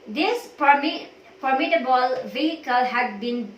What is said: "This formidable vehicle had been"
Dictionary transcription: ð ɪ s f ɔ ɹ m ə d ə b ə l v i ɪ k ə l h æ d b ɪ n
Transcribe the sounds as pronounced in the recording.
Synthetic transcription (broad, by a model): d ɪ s p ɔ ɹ m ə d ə b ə l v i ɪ k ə l h æ d b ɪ n